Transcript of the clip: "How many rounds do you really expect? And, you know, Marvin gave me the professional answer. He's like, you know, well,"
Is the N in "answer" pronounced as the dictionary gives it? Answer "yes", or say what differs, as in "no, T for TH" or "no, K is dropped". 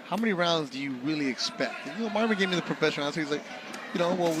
no, N is dropped